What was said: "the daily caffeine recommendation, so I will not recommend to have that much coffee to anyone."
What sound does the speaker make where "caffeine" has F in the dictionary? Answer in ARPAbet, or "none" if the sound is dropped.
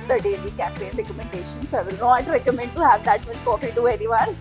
P